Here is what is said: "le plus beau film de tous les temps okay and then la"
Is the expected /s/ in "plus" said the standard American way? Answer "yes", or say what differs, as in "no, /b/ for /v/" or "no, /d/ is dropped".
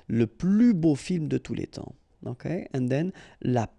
no, /s/ is dropped